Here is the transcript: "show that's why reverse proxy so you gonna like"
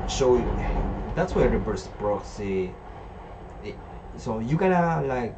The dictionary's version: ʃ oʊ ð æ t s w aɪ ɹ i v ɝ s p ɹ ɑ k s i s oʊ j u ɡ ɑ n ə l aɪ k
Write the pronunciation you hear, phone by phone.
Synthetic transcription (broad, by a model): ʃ oʊ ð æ t s w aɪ ɹ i b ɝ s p ɹ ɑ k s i s oʊ j u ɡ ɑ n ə l aɪ k